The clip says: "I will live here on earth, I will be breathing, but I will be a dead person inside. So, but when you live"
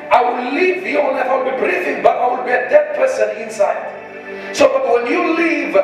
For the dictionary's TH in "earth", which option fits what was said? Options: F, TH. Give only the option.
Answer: F